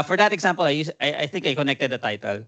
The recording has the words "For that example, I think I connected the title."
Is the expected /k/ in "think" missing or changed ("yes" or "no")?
no